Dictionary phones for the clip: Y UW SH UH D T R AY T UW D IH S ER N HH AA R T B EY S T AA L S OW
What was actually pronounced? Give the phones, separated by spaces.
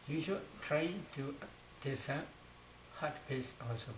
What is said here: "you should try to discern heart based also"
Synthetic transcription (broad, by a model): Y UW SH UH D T R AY T UW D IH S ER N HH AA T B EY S AA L S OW